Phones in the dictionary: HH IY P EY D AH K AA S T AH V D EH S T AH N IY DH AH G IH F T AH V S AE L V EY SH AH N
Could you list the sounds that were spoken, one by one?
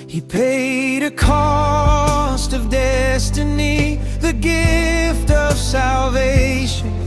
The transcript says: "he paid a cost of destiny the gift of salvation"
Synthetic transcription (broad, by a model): HH IY P EY D AH K AA S T AH V D EH S T AH N IY DH AH G IH F T AH V S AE L V EY SH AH N